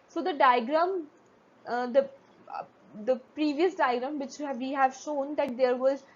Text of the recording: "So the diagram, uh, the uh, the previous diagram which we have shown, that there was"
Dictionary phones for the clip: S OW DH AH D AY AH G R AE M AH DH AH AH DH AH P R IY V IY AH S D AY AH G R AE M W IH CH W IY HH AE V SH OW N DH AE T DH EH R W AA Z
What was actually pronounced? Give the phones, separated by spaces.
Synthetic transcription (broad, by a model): S OW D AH D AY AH G R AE M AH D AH AH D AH P R IY V IY AH S D AY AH G R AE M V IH CH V IY HH AE V SH OW N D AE T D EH R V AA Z